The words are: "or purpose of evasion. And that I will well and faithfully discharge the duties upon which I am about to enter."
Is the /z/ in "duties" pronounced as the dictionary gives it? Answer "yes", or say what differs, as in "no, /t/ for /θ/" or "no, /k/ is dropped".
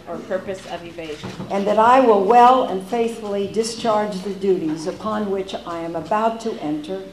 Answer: yes